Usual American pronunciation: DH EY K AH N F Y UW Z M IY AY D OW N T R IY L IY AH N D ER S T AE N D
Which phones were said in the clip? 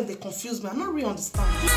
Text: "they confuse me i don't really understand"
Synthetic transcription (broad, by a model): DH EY K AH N F Y UW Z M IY AY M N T R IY IY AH N D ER S T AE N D